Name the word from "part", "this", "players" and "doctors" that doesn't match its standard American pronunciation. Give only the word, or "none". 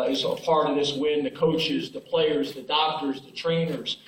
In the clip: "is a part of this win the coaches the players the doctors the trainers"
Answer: part